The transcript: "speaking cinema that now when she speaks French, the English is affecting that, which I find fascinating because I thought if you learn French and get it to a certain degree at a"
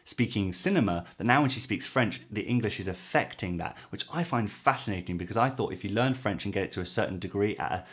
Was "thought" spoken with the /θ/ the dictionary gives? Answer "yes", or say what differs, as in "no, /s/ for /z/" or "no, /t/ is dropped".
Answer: yes